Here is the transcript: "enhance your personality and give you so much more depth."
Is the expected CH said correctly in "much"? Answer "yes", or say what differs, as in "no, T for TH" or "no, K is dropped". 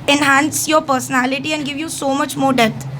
yes